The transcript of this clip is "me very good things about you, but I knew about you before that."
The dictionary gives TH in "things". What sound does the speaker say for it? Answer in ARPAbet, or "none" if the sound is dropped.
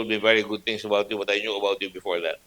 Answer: T